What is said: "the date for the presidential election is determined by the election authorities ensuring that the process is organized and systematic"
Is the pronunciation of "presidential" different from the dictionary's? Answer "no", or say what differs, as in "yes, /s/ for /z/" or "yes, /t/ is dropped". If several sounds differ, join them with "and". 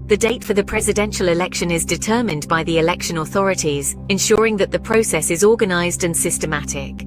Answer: no